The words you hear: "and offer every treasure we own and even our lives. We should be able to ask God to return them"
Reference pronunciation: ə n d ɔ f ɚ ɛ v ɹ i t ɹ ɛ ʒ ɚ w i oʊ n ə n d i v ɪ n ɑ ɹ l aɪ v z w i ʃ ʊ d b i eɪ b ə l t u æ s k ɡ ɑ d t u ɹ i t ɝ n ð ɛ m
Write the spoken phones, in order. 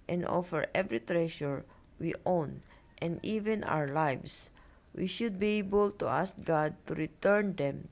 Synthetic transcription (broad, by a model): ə n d ɔ f ɚ ɛ v ɹ i t ɹ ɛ ʃ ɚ w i oʊ n ə n d i v ɪ n ɑ w l aɪ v s w i ʃ ʊ d b i eɪ b ə l t u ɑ s k ɡ ɑ d t u ɹ i t ɝ n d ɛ m